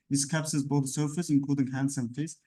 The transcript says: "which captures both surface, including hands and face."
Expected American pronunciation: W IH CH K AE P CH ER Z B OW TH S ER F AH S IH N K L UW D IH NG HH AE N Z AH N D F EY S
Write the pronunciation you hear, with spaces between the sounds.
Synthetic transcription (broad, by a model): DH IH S K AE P S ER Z B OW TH S ER F AH S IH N K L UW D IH NG HH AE N S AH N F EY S